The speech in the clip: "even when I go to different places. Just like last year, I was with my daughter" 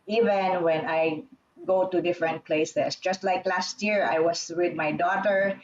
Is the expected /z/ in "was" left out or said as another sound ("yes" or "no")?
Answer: yes